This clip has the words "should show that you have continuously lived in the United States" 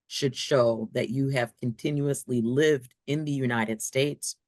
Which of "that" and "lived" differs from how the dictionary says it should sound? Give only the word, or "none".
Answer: none